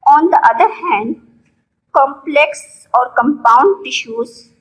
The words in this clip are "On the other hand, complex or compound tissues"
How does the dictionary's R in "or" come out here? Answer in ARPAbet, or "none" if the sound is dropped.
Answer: R